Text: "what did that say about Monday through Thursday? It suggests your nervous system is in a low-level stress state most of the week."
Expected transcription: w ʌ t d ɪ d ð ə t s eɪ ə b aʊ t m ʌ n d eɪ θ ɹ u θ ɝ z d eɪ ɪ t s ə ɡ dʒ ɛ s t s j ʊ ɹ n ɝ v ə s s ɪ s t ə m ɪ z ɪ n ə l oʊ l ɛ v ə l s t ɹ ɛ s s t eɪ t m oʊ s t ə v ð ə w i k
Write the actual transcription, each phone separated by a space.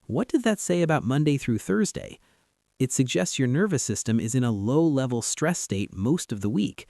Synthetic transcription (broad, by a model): w ʌ t d ɪ d ð ə t s eɪ ə b aʊ t m ʌ n d eɪ θ ɹ u θ ɝ z d eɪ ɪ t s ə ɡ dʒ ɛ s t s j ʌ ɹ n ɝ v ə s s ɪ s t ə m ɪ z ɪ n ə l oʊ l ɛ v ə l s t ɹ ɛ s s t eɪ t m oʊ s t ə v ð ə w i k